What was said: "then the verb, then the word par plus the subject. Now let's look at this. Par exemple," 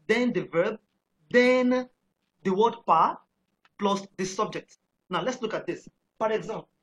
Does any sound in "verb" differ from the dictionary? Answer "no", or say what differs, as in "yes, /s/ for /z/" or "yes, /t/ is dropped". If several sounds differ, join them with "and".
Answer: no